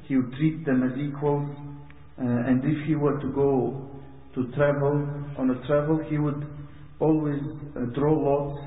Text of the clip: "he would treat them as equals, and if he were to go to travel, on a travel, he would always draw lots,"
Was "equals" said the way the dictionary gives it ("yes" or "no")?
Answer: yes